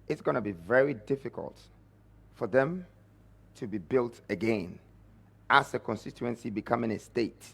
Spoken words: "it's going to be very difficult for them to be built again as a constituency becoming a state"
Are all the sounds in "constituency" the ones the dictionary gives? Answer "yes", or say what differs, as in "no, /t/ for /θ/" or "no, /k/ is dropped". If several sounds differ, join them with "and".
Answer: yes